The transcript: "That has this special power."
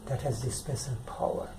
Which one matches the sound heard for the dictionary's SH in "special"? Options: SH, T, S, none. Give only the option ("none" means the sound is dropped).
S